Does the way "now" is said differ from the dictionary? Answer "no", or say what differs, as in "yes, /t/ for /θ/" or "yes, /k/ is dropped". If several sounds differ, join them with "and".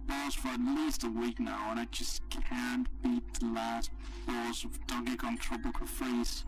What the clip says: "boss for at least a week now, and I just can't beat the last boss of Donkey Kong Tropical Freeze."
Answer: no